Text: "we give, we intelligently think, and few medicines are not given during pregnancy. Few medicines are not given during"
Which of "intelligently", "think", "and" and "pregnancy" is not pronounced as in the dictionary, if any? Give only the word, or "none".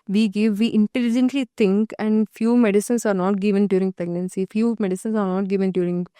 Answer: think